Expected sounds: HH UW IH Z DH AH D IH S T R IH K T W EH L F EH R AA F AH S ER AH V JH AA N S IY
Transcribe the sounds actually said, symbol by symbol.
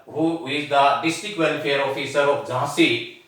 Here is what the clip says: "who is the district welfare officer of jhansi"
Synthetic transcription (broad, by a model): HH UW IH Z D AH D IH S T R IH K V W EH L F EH R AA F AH S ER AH P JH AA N S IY